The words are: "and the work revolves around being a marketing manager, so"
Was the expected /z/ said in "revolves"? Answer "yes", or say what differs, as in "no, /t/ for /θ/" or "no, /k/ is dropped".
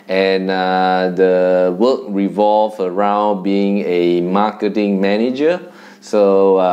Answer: no, /z/ is dropped